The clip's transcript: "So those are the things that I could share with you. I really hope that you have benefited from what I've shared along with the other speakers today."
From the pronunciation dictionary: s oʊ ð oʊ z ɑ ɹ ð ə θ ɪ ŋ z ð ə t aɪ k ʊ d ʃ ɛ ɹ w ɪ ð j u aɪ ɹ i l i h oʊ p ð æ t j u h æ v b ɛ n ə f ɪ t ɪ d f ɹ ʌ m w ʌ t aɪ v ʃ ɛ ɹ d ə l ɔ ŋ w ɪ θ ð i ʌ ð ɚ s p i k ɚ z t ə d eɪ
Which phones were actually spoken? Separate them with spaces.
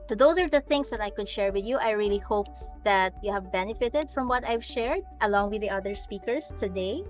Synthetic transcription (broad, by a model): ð oʊ s ɑ ɹ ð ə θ ɪ ŋ s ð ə t aɪ k ʊ d ʃ ɛ ɹ w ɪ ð j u aɪ ɹ i l i h oʊ p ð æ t j u h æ v b ɛ n ə f ɪ t ɪ d f ɹ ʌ m w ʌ t aɪ v ʃ ɛ ɹ d ə l ɔ ŋ w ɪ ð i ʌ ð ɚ s p i k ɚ s t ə d eɪ